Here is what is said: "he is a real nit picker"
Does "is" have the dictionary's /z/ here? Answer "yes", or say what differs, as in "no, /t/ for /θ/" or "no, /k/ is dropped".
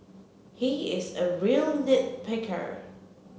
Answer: yes